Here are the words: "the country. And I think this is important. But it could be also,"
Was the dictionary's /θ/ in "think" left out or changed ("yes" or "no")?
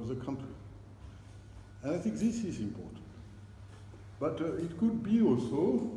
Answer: no